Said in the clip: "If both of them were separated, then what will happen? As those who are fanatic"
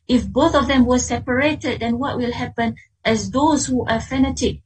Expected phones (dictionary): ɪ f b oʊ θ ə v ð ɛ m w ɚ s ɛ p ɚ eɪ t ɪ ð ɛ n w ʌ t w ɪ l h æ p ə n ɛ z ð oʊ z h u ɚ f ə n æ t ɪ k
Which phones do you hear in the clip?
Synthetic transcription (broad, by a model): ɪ f b oʊ θ ə v ð ɛ m w ɚ s ɛ p ɚ eɪ t ɪ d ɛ n w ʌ t w ɪ l h æ p ə n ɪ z ð oʊ z h u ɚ f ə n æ t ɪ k